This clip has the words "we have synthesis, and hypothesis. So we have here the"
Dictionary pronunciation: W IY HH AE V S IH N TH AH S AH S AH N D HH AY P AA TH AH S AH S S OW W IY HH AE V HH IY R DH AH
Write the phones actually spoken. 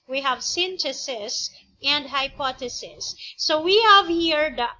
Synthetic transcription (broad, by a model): W IY HH AE V S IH N T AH S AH S AH N D HH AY P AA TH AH S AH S S OW W IY HH AE V HH IY R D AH